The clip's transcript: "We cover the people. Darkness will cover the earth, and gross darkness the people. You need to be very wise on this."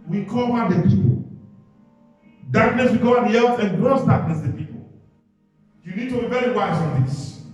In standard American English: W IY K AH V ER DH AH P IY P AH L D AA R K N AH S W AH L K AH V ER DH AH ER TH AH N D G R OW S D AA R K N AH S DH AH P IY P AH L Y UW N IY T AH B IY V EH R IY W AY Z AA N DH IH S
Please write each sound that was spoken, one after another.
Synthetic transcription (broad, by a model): W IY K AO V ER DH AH P IY P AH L D AA R K N AH S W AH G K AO ER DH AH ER S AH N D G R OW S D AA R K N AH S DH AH P IY P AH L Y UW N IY T AH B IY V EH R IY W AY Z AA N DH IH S